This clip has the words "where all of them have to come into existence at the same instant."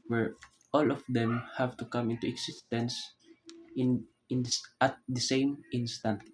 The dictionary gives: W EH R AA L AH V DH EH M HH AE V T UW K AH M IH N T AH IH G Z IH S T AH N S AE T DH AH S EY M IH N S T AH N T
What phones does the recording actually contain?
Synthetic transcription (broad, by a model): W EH R AA L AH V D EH M HH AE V T UW K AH M IH N T AH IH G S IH S T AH N S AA T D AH S EY M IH N S T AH N T